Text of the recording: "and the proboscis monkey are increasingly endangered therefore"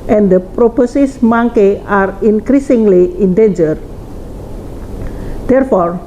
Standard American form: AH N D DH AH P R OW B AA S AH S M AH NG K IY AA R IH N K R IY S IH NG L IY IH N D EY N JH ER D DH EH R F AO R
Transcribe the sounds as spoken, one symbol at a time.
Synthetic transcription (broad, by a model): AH N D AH P R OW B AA S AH S M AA NG K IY AA R IH N K R IY S IH NG L IY IH N D EY N JH ER D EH R F AO R